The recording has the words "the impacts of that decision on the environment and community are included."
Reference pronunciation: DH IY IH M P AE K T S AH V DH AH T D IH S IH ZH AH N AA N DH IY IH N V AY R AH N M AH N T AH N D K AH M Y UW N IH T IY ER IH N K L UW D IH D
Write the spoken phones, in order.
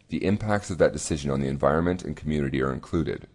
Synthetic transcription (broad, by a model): DH IY IH M P AE K T S AH V DH AH T D IH S IH ZH AH N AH N DH IY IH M V AY R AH N M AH N T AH N K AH M Y UW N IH T IY ER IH N K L UW D IH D